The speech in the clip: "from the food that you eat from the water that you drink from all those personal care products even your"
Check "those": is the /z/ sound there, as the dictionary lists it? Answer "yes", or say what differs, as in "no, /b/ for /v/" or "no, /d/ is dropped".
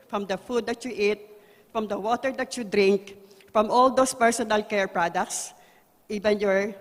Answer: no, /s/ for /z/